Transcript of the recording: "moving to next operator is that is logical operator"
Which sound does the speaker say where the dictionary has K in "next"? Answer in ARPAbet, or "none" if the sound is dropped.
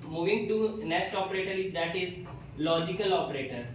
none